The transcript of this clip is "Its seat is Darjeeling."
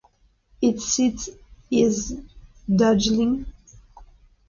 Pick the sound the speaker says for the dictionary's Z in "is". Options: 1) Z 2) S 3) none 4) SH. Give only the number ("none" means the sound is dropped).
1